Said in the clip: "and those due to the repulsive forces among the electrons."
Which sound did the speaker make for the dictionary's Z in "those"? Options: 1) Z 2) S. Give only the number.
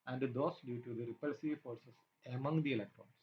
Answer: 2